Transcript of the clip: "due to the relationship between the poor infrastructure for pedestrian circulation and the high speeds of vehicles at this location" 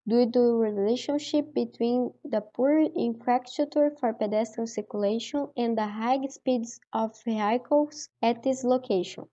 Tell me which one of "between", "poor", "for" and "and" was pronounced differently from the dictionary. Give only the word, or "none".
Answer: none